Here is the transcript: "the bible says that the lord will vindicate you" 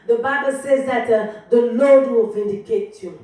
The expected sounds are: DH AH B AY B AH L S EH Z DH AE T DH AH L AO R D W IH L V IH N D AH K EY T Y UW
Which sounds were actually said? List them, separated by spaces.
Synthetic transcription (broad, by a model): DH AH B AY B AH L S EH Z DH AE T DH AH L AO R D W IH L V IH N D AH K EY T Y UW